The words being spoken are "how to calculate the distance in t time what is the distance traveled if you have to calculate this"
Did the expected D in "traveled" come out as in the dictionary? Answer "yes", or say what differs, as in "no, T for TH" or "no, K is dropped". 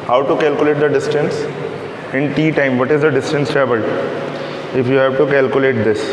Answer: no, D is dropped